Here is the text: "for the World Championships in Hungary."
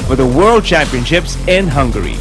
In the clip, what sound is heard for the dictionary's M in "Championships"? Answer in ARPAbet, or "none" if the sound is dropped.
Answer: M